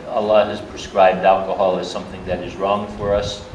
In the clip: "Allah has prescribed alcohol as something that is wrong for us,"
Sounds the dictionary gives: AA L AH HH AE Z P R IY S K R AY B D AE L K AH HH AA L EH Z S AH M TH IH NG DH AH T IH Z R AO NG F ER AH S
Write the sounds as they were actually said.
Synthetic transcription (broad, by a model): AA L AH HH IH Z P R IY S K R AY B D AE L K AH HH AA L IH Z S AH M TH IH NG DH AH T IH Z R AO NG F ER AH S